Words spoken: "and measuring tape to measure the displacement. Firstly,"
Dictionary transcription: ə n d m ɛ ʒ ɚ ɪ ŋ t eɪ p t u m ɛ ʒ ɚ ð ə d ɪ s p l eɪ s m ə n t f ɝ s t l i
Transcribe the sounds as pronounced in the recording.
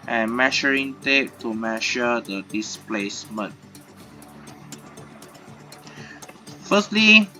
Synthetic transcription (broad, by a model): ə n m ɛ ʃ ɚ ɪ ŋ t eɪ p t u m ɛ ʃ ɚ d ə d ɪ s p l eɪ s m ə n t f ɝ s t l i